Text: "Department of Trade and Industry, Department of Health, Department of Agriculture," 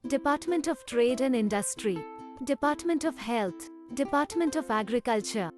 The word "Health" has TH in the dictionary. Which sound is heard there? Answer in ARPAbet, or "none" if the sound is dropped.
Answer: T